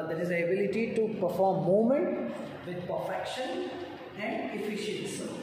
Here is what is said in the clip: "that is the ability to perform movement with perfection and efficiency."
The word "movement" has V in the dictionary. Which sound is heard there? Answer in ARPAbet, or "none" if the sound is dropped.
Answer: none